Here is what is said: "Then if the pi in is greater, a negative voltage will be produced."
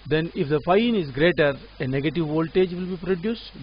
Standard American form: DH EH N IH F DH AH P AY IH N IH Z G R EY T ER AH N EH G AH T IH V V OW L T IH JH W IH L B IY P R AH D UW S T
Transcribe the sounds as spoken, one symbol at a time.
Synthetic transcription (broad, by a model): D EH N IH F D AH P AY IH N IH Z G R EY T ER AH N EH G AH T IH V V OW L T IH JH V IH L B IY P R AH D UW S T